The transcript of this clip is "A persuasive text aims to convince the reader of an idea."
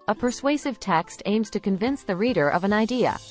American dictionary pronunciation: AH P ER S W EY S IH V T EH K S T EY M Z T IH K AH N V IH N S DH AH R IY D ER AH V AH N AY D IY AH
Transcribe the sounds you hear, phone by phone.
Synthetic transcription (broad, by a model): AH P ER S W EY S IH V T EH K S T EY M Z T IH K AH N V IH N S DH AH R IY D ER AH V AH N AY D IY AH